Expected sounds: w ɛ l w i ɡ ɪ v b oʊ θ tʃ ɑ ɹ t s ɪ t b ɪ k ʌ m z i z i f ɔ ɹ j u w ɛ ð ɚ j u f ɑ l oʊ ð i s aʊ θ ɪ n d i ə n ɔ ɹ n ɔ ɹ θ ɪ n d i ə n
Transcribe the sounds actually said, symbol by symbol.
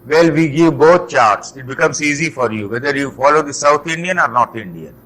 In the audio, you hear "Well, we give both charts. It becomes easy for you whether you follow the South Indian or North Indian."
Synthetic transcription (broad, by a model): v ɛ l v i ɡ ɪ v b oʊ t tʃ ɑ ɹ t s ɪ t b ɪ k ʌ m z i z i f ɔ ɹ j u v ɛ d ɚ j u f ɑ l oʊ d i s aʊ t ɪ n d i ə n ɔ ɹ n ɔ ɹ t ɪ n d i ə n